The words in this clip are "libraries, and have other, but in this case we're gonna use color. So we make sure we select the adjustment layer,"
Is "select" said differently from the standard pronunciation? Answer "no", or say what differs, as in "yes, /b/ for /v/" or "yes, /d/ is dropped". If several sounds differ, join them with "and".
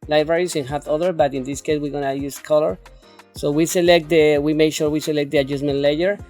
no